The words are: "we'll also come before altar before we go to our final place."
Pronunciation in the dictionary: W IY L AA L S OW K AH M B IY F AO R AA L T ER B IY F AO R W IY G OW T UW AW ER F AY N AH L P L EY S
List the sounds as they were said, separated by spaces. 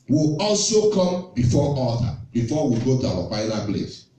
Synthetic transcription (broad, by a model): W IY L AA L S OW K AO M B IY F AO AA T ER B IY F AO W IY G OW T UW AW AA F AY L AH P L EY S